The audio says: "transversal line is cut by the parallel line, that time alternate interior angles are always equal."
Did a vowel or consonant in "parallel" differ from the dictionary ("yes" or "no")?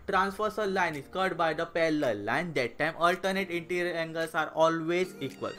yes